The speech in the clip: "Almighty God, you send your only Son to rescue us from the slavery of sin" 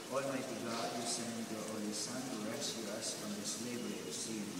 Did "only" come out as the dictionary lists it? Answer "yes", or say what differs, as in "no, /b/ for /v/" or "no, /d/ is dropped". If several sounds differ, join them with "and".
no, /n/ is dropped